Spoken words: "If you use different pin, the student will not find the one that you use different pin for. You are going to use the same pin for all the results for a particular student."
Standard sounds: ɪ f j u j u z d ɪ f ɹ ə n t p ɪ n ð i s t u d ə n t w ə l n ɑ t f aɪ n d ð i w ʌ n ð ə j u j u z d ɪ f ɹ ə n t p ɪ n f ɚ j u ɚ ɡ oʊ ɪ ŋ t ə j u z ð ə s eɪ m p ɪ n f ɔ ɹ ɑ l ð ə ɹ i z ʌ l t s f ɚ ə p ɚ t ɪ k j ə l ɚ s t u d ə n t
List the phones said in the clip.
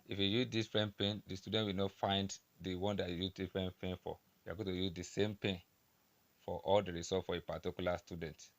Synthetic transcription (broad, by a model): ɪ f j u j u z d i f ɹ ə n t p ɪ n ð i s t u d ə n t w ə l n ɑ t f aɪ n d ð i w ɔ n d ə j u j u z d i f ɹ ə n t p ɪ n f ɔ j u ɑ ɡ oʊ t ə j u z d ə s eɪ m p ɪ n f ɔ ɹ ɑ l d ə ɹ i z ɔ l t f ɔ ə p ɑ t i k j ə l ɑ s t u d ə n t